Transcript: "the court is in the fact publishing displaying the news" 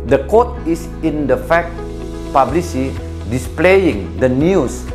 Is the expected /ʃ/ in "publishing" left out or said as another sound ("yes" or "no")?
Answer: yes